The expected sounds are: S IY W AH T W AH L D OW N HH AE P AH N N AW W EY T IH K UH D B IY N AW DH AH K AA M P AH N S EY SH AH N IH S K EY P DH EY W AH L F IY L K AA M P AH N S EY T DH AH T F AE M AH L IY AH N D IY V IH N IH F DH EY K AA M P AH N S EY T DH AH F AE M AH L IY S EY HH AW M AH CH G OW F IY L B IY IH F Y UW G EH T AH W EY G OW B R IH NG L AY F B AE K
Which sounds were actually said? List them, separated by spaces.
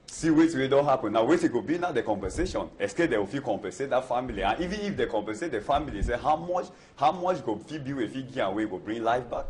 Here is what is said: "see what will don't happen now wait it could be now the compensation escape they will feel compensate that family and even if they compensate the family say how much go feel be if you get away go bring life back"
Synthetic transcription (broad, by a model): S IY W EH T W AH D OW HH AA P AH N N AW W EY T IH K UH B IY N AW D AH K AA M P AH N S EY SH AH N IH S K EY P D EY W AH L F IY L K AA M P AH N S EY T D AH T F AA M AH L IY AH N IY V IH N IH F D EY K AA M P AH N S EY T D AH F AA M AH L IY S EY HH AW M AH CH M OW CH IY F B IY IH F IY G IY AH W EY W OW B R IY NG L AY F B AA K